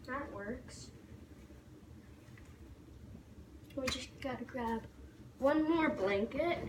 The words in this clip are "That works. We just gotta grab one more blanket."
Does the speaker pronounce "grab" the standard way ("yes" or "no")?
yes